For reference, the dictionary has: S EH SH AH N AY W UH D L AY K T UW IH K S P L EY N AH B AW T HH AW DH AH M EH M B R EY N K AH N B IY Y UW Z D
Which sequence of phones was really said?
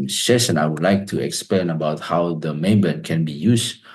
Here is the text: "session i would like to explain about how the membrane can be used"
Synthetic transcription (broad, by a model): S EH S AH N AY W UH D L AY K T UW IH K S P L EY N AH B AW T HH AW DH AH M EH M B EY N K AH N B IY Y UW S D